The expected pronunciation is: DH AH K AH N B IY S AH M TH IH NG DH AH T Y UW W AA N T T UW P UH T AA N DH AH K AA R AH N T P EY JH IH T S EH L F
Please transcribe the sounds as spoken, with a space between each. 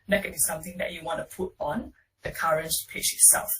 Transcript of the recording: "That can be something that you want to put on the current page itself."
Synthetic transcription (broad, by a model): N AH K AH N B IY S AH M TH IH NG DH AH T Y UW W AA N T T UW P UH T AA N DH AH K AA R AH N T P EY CH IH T S EH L F